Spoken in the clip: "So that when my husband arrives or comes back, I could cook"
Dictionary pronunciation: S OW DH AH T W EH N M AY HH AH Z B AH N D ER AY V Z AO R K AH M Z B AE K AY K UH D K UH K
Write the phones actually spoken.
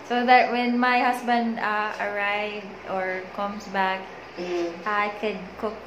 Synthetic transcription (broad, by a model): S OW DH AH T W EH N M AY HH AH S B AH N D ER AY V AO R K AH M S B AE K AY K UH D K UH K